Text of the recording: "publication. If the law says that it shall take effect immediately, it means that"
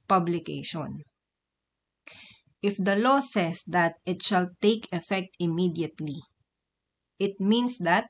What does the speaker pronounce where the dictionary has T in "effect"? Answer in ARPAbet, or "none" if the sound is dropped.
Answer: T